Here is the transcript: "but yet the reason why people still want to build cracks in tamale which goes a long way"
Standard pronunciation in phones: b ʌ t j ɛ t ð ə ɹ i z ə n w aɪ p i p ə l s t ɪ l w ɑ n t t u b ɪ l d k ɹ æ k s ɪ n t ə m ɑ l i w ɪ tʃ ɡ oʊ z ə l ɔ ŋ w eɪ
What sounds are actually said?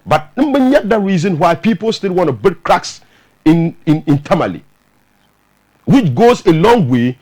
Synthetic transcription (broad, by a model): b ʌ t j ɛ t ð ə ɹ i z ə n w aɪ p i p ə l s t ɪ l w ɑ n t t u b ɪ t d k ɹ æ k s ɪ n t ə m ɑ l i w ɪ tʃ ɡ oʊ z ə l ɔ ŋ w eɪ